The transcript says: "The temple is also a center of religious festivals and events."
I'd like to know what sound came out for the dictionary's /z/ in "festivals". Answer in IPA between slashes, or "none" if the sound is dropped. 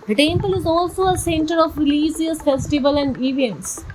none